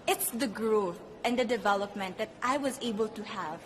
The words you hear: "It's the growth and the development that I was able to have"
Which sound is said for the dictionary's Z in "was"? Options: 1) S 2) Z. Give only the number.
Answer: 2